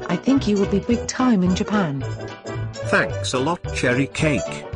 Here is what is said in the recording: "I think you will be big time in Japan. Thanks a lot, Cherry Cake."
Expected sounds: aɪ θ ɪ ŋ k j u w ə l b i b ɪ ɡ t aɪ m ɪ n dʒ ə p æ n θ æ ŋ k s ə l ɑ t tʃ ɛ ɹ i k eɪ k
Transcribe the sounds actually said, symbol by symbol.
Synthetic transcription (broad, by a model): aɪ θ ɪ ŋ k j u w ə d b i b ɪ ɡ t aɪ m ɪ n dʒ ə p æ n θ æ ŋ k s ə l ɑ t tʃ ɛ ɹ i k eɪ k